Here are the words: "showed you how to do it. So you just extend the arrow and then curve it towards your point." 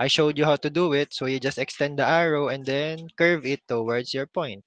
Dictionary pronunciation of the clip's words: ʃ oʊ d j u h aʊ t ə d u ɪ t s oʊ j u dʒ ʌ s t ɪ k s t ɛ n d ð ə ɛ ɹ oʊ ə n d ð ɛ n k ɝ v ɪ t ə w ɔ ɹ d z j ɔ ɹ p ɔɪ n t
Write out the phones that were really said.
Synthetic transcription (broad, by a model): ʃ oʊ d j u h aʊ t ə d u ɪ t s oʊ j u dʒ ʌ s t ɪ k s t ɛ n d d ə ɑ ɹ oʊ ə n d ɛ n k ɝ v ɪ t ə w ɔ ɹ d s j ɔ ɹ p ɔɪ n t